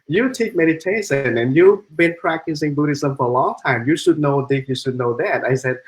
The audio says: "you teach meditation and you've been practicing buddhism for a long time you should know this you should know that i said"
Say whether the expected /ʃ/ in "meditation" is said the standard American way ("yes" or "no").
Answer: no